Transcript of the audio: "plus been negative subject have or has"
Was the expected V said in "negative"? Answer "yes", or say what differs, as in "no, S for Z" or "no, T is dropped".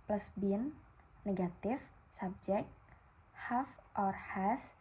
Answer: no, F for V